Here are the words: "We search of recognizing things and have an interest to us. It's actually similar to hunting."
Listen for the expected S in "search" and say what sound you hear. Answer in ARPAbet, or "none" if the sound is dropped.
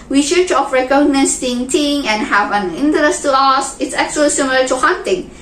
SH